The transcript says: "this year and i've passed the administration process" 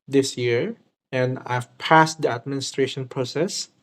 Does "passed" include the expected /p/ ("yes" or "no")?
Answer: yes